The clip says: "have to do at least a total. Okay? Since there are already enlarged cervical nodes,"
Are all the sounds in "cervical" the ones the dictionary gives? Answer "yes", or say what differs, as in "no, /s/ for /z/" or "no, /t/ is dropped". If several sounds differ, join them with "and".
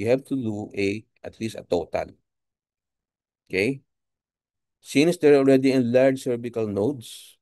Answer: no, /b/ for /v/